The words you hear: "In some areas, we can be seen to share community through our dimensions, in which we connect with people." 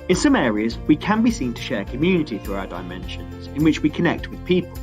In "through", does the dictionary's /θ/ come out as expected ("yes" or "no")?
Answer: yes